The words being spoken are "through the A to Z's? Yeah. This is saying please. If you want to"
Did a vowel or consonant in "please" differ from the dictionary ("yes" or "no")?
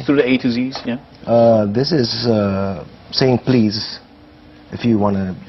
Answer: no